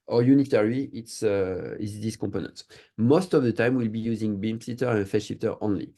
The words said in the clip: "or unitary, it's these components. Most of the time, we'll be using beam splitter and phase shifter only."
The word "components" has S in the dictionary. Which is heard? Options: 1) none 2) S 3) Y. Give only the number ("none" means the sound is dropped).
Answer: 1